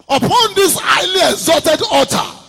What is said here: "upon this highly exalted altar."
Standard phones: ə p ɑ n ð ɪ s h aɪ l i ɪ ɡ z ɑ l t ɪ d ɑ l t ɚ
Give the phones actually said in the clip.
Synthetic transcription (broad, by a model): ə p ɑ n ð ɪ s aɪ l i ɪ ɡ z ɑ t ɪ d ɑ t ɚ